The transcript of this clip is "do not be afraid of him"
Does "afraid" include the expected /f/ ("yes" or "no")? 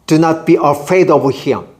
yes